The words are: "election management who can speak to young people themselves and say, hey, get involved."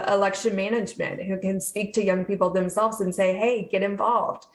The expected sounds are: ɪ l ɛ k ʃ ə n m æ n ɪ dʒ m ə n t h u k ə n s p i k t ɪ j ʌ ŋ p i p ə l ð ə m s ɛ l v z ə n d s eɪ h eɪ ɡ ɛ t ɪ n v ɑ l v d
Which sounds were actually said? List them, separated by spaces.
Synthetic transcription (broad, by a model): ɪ l ɛ k ʃ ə n m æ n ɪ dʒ m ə n t h u k ə n s p i k t ɪ j ʌ ŋ p i p l ð ə m s ɛ l v z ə n s eɪ h eɪ ɡ ɛ t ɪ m v ɑ l v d